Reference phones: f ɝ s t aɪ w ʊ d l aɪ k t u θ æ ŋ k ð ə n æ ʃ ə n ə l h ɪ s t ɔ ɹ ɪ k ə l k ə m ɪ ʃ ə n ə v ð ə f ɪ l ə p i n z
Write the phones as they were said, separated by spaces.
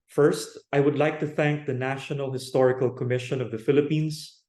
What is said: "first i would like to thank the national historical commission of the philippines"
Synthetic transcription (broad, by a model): f ɝ s t aɪ w ʊ d l aɪ k t u θ æ ŋ k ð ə n æ ʃ ə n ə l h ɪ s t ɔ ɹ ɪ k ə l k ə m ɪ ʃ ə n ə v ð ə f ɪ l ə p i n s